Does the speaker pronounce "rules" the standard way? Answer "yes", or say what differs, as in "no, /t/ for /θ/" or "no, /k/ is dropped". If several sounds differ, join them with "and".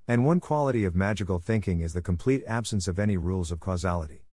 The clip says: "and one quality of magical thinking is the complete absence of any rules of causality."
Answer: yes